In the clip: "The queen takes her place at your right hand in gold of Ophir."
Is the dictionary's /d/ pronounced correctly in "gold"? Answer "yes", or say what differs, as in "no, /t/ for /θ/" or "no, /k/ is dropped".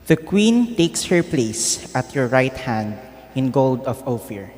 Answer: yes